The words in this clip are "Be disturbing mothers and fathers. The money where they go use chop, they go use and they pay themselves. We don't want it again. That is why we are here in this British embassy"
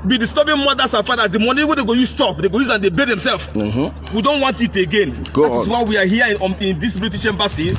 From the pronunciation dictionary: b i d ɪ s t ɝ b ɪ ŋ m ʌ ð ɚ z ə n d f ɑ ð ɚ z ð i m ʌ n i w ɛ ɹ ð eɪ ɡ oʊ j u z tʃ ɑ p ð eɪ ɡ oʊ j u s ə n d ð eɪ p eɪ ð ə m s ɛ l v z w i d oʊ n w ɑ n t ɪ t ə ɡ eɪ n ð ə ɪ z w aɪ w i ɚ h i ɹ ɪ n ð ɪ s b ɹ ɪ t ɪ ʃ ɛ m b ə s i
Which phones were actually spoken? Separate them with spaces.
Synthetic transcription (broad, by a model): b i d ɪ s t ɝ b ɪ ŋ m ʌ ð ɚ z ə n f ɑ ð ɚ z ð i m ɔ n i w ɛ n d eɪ ɡ oʊ j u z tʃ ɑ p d eɪ ɡ oʊ j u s ə n d eɪ b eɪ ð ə m s ɛ l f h w i d oʊ n w ɑ n t ɪ t ə ɡ eɪ n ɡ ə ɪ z w aɪ w i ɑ h i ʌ ɪ n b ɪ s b l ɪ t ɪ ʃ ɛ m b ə s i